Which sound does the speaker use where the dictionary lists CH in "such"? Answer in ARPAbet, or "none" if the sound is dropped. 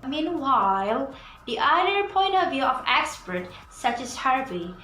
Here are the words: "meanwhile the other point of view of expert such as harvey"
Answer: CH